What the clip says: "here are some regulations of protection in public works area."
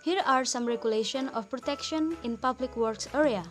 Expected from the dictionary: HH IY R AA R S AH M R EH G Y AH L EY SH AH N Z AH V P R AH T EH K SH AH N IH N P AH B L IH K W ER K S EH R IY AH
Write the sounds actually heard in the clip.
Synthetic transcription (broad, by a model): HH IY R AA R S AH M R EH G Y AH L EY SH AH N AH F P R AH T EH K SH AH N IH N P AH B L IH K W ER K S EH R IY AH